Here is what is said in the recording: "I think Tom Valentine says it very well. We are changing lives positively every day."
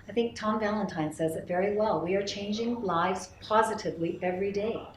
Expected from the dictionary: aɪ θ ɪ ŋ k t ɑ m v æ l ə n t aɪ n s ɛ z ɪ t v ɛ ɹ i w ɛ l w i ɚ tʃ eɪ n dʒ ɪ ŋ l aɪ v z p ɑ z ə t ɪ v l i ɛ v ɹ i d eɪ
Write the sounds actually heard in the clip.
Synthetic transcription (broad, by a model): aɪ θ ɪ ŋ k t ɑ m v æ l ə n t aɪ n s ɛ z ɪ t v ɛ ɹ i w ɛ l w i ɚ tʃ eɪ n dʒ ɪ ŋ l aɪ v z p ɑ z ə t ɪ v l i ɛ v ɹ i d eɪ